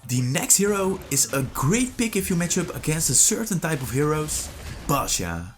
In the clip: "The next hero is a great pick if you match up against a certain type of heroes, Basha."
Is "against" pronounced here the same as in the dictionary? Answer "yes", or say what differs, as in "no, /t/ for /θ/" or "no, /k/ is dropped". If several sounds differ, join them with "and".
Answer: yes